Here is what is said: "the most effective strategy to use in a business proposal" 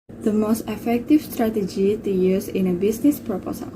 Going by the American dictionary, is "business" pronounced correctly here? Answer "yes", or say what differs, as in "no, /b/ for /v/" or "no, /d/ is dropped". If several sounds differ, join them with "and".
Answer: no, /s/ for /z/